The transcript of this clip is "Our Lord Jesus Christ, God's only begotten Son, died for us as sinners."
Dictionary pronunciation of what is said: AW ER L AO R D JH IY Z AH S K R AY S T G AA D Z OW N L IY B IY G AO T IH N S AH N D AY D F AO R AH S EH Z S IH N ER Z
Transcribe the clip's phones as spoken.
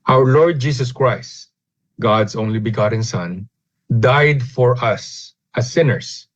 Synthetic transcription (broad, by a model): AW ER L AO R D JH IY S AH S K R AY S T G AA D S OW N L IY B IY G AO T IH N S AH N D AY D F AO R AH S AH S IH N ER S